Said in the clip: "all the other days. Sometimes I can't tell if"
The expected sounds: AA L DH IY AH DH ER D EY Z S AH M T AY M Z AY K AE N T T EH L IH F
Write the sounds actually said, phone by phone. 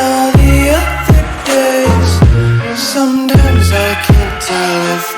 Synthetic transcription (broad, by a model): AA DH IY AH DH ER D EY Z S AH M T AY M Z AY K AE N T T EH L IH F